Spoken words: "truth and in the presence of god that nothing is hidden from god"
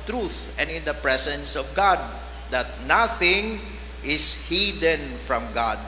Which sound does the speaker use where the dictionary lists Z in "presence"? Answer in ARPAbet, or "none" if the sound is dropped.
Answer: S